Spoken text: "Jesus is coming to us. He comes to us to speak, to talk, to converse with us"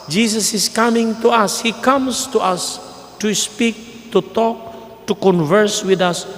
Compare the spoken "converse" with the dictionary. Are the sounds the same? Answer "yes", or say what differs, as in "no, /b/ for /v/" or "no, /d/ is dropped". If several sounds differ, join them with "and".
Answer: yes